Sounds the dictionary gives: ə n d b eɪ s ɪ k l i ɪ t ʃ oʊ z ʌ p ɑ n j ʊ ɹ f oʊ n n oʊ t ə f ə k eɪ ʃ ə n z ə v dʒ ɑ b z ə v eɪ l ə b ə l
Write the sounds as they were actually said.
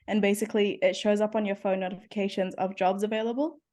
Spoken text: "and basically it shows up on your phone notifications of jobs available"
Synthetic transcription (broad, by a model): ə n b eɪ s ɪ k l i ɪ t ʃ oʊ z ʌ p n j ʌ ɹ f oʊ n n oʊ t ə f ə k eɪ ʃ ə n z ə v dʒ ɑ b z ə v eɪ l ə b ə l